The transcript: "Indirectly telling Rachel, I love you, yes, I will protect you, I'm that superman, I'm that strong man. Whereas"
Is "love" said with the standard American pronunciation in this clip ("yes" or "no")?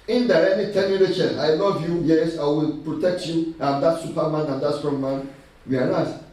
no